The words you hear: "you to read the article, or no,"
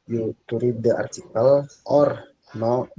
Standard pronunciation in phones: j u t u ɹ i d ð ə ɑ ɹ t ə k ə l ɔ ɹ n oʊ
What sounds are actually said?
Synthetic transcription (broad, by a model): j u t u ɹ i d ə ɑ ɹ t ə k ə l ɔ ɹ n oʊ